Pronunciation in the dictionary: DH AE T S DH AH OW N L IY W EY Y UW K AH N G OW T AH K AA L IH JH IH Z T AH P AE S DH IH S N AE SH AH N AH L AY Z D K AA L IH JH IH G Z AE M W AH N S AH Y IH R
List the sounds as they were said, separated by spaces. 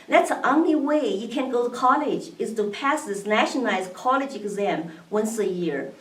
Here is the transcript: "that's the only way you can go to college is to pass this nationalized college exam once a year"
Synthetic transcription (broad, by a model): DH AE T S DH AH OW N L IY W EY Y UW K AH N G OW T AH K AA L IH JH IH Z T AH P AE S DH IH S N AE SH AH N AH L AY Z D K AA L IH JH IH G Z AE M W AH N S AH Y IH R